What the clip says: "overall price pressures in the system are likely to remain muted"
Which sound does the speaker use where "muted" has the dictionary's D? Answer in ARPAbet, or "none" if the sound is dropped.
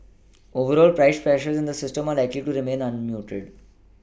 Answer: D